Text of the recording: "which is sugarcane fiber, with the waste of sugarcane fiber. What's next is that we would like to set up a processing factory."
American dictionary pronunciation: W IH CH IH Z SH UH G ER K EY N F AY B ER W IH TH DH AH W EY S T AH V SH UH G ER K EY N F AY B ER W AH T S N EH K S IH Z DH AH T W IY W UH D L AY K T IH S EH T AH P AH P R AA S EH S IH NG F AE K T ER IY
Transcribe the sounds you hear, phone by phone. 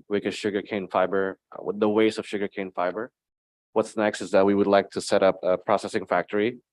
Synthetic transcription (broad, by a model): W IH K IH SH UH G ER K EY N F AY B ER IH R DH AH W EY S AH V SH UH G ER K EY N F AY B ER W AH T S N EH K S IH Z DH AH T W IY W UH D L AY K T IH S EH T AH P AH P R AA S EH S IH NG F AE K T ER IY